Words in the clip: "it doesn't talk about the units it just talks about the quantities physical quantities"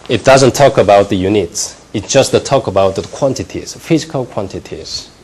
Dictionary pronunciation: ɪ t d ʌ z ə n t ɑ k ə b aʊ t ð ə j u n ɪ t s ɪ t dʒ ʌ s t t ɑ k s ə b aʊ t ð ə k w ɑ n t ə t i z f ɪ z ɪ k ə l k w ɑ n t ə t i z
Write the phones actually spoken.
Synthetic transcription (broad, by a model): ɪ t d ʌ z ə n t ɑ k ə b aʊ t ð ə j u n ɪ t s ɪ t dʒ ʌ s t t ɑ k ə b aʊ t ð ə k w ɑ n t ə t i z f ɪ z ɪ k ə l k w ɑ n t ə t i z